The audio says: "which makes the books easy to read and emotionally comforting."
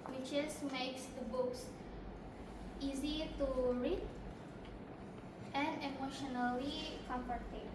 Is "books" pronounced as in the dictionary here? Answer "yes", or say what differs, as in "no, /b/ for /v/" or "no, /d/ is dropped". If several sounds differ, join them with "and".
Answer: yes